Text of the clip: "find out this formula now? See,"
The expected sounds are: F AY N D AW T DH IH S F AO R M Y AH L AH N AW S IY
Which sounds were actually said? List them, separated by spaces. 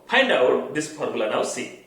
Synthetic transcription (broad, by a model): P AY N D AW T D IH S P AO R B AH L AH N AW S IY